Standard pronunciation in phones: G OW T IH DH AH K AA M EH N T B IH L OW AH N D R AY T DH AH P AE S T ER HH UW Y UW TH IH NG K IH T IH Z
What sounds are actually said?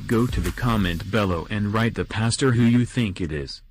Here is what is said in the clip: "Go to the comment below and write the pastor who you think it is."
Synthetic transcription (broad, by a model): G OW T IH DH AH K AA M EH N T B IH L OW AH N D R AY T DH AH P AE S T ER HH UW Y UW TH IH NG K IH T IH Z